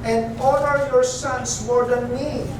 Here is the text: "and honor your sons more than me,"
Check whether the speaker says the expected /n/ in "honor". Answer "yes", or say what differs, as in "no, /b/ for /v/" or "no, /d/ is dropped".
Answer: no, /l/ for /n/